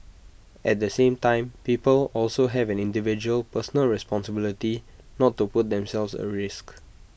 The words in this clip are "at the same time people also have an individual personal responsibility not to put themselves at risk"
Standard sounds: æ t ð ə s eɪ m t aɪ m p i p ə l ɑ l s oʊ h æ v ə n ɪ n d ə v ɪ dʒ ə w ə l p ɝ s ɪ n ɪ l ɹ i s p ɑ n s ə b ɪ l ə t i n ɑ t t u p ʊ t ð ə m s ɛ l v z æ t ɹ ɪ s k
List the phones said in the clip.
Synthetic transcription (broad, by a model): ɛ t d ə s eɪ m t aɪ m p i p ə l ɑ l s oʊ h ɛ v ə n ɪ n d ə v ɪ dʒ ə ə l p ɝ s n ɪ l ɹ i s p ɑ n s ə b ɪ l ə t i n ɑ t t u p ʊ t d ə m s ɛ l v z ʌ ɹ ɪ s k